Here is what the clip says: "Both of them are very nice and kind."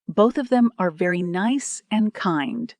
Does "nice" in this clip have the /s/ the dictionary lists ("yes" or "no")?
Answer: yes